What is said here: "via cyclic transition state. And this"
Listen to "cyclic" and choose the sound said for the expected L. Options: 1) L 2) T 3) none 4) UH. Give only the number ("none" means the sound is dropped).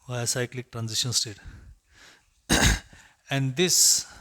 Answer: 1